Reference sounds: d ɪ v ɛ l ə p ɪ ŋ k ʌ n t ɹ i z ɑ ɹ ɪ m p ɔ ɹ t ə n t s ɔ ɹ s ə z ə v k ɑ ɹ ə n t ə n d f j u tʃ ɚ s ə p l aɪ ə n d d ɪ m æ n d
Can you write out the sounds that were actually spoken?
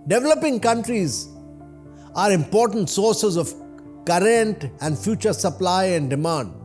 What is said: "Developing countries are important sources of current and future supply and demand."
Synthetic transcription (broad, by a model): d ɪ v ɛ l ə p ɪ ŋ k ʌ n t ɹ i z ɑ ɹ ɪ m p ɔ ɹ t ə n t s ɔ ɹ s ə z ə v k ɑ ɹ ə n t ə n d f j u tʃ ɚ s ə p l aɪ ə n d d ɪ m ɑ n d